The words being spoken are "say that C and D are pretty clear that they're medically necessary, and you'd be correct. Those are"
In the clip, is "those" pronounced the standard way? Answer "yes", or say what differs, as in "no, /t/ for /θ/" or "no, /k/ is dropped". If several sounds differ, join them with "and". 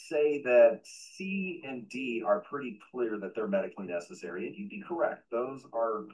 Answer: yes